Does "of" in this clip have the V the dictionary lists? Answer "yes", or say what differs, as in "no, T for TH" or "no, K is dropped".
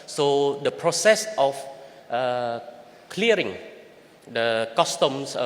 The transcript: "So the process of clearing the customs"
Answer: no, F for V